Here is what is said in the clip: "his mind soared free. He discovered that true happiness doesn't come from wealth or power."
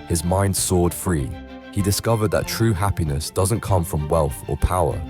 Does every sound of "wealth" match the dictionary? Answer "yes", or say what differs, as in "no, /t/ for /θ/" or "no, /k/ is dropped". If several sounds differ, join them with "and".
yes